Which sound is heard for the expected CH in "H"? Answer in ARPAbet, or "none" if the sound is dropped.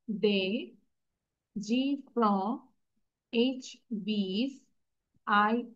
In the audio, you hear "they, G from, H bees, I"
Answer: CH